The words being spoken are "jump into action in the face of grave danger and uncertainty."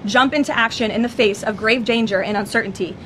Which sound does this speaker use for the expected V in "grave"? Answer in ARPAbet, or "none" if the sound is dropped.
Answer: V